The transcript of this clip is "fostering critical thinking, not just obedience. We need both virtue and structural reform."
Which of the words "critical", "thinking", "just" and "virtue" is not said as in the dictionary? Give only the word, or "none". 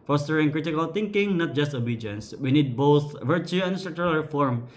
thinking